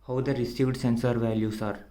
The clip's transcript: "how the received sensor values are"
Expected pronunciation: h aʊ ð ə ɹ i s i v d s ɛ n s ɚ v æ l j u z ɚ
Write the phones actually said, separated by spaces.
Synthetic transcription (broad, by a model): h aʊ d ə ɹ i s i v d s ɛ n s ɚ v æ l j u s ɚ